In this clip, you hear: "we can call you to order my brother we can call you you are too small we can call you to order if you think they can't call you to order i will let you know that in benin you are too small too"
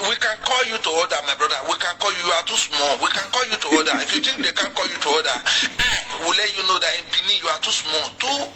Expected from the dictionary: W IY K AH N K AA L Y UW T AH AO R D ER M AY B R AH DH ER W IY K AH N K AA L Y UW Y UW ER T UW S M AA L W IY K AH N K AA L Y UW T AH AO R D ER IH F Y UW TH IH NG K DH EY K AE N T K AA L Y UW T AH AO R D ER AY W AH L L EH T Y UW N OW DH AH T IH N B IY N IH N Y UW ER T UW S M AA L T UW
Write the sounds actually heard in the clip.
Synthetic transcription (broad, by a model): W IY K AH N K AA L Y UW T AH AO D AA M AY B R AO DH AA W IY K AH N K AA L Y UW Y UW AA T UW S M AA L W IY K AH N K AA L Y UW T AH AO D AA IH F Y UW T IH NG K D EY K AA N K AA L Y UW T AH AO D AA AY W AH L L EH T Y UW N OW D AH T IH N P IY N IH Y UW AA T UW S M AA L T UW